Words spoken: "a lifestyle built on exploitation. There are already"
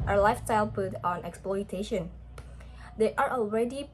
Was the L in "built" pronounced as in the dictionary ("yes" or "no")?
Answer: no